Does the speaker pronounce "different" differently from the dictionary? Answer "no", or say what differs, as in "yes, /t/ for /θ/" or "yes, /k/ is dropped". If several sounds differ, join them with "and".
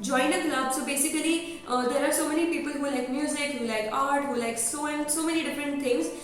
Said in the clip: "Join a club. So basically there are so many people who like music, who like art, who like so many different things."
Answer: no